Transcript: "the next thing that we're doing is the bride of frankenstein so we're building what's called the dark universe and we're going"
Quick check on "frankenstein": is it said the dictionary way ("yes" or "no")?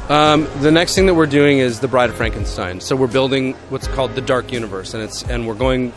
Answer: yes